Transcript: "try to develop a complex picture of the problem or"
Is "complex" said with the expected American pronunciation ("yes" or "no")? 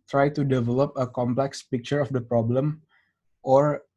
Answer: yes